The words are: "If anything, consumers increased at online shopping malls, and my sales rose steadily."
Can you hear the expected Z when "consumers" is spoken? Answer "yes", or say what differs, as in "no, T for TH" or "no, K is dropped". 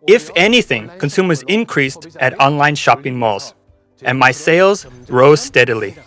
yes